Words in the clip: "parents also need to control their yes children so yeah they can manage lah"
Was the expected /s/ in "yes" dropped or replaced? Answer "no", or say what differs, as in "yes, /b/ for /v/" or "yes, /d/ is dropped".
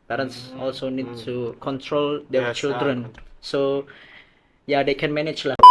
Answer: yes, /s/ is dropped